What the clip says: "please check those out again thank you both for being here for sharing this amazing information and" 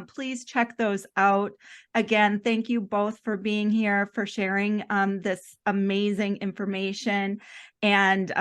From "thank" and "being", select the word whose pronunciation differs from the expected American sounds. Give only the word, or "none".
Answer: none